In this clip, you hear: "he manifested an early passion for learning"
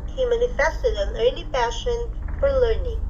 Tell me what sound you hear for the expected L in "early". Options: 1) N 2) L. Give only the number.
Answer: 1